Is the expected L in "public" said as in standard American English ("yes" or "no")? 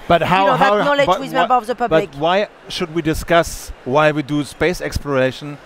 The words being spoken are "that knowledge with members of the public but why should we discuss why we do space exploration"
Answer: no